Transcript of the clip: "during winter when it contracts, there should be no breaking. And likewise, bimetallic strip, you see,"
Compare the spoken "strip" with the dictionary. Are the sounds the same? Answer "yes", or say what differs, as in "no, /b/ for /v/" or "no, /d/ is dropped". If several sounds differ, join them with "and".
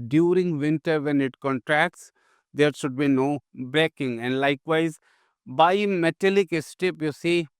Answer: no, /ɹ/ is dropped